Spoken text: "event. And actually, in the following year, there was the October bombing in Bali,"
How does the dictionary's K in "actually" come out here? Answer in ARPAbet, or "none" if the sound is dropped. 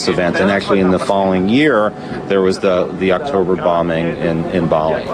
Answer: K